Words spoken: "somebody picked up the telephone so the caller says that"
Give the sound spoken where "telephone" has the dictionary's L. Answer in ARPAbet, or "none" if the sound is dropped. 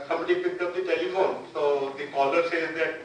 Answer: none